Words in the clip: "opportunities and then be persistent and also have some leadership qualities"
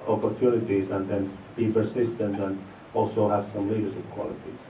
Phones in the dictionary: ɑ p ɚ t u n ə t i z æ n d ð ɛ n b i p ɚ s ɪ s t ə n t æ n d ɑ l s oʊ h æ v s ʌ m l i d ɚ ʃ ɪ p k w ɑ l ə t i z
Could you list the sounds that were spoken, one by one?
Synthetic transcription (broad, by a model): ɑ p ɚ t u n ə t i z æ n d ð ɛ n b i p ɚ s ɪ s t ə n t æ n d ɑ l s oʊ h æ v s ʌ m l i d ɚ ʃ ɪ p k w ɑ l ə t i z